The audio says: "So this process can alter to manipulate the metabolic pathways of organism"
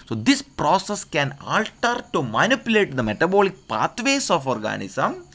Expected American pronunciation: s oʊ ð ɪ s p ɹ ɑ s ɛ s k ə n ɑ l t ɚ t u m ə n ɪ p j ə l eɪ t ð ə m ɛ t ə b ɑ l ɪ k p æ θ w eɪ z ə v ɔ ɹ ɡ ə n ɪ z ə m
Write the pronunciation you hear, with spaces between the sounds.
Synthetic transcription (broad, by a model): s oʊ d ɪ s p ɹ ɑ s ɛ s k ə n ɑ l t ɚ t u m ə n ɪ p j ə l eɪ t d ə m ɛ t ə b ɑ l ɪ k p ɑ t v eɪ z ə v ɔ ɹ ɡ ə n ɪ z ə m